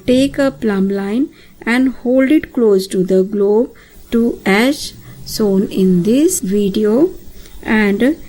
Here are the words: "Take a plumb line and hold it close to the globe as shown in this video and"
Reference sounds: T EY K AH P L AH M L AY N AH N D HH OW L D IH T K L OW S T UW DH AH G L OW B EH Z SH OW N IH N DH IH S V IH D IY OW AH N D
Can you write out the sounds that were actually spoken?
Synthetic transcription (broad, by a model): T EY K AH P L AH M L AY N AH N D HH OW L D IH T K L OW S T UW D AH G L OW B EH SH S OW N IH N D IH S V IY D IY OW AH N D